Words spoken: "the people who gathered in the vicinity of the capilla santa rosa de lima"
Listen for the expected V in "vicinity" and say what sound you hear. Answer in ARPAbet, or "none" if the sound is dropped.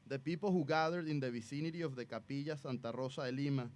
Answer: B